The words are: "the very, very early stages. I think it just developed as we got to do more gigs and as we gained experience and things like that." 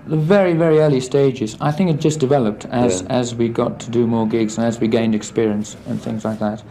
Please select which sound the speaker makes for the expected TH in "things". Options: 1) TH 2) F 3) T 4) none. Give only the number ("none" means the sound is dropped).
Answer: 1